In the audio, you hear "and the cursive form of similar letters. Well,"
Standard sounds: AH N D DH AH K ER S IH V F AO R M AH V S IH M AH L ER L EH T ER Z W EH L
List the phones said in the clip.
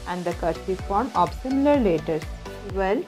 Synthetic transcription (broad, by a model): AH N D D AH K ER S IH F AO R M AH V S IH M AH L ER L EH T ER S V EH L